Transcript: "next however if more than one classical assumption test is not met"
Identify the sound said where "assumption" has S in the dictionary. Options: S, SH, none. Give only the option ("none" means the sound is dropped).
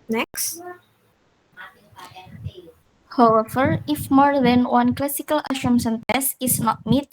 SH